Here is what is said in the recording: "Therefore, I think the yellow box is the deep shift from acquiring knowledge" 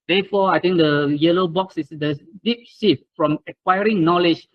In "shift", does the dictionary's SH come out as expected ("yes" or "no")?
no